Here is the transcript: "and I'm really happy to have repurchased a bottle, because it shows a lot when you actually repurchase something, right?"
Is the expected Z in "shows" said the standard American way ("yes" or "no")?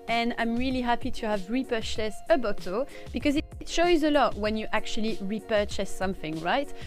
yes